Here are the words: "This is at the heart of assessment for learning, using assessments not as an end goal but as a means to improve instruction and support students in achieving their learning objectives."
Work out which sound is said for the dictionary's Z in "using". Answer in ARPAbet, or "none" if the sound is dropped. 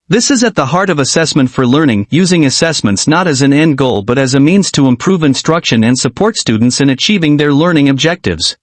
Z